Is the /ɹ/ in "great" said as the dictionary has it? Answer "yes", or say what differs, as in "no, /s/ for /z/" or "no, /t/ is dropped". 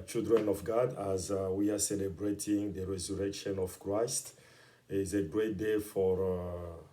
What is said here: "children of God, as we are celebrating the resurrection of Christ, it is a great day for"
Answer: yes